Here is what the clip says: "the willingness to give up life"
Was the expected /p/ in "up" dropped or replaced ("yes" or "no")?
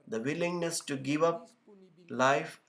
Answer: no